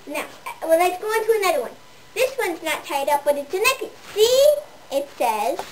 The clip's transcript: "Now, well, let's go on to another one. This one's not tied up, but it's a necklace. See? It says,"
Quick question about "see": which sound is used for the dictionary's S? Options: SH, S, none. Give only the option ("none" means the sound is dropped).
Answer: S